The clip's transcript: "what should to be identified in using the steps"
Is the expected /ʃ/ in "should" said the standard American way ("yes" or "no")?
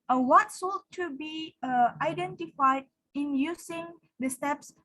no